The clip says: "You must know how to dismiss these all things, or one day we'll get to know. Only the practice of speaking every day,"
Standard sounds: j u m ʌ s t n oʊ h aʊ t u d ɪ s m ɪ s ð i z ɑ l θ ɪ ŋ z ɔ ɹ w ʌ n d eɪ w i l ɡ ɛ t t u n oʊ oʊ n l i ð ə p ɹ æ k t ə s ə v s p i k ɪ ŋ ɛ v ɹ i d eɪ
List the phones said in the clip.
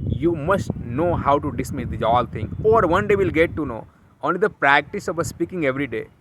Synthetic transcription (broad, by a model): j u m ʌ s t n oʊ h aʊ t u d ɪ s m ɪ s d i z ɑ l t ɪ ŋ ɔ ɹ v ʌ n d eɪ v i l ɡ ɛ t t u n oʊ oʊ n l i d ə p ɹ æ k t ə s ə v s p i k ɪ ŋ ɛ v ɹ i d eɪ